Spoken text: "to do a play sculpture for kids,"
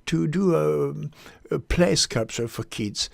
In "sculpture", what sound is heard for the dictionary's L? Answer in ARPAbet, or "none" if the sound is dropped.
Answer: none